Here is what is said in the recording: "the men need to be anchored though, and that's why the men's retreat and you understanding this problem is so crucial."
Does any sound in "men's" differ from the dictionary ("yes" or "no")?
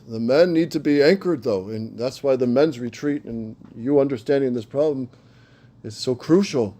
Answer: no